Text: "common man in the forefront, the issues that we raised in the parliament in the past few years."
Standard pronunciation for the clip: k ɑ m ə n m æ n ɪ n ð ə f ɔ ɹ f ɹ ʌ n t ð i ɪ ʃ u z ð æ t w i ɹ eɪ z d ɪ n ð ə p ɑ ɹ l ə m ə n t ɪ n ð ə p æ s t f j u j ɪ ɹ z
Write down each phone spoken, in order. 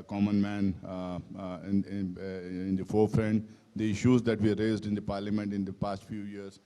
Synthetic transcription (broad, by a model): k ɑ m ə n m æ n ɪ n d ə f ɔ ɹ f ɹ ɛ n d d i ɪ ʃ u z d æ t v i ɹ eɪ z d ɪ n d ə p ɑ ɹ l ə m ə n t ɪ n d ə p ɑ s t f j u j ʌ ɹ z